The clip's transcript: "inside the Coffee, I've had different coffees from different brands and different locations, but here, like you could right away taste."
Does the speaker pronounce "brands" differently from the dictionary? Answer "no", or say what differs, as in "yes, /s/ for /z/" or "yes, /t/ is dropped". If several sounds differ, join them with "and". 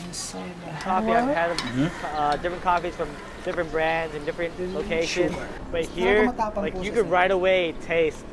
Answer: no